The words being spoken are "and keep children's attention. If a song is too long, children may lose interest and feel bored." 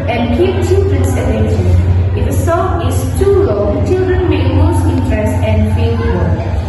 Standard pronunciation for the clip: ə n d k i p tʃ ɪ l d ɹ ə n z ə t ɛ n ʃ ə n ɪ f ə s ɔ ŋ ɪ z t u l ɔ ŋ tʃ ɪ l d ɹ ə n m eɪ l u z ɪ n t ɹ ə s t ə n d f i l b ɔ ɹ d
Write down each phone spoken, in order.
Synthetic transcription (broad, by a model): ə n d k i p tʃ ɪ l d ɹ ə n s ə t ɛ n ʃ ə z ɪ f ə s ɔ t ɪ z t u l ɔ tʃ ɪ l d ɹ ə n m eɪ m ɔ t ɪ n t ɹ ə s t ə n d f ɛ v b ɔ